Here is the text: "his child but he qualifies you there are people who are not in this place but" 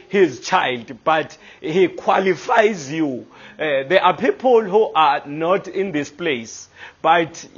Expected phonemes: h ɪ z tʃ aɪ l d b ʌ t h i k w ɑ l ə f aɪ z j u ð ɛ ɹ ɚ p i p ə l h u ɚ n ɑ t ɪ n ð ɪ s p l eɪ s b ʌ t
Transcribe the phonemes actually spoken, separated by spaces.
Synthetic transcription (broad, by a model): h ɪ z tʃ aɪ l d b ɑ t h i k w ɑ l ə f aɪ z j u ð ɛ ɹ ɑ p i p ə l h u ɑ n ɑ t ɪ n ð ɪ s p l eɪ s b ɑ t